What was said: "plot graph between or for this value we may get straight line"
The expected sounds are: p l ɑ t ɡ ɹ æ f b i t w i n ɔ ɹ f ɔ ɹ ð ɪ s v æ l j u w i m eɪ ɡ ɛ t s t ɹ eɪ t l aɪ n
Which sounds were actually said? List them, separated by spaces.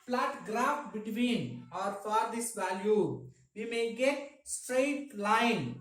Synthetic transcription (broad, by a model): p l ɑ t ɡ ɹ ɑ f b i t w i n ɔ ɹ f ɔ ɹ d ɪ s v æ l j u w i m eɪ ɡ ɛ t s t ɹ eɪ t l aɪ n